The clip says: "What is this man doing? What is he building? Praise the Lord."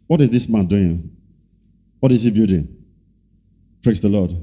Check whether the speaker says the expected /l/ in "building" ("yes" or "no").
no